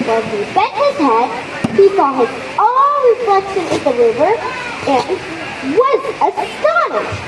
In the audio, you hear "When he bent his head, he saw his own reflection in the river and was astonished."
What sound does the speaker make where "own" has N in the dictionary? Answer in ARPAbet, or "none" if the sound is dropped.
L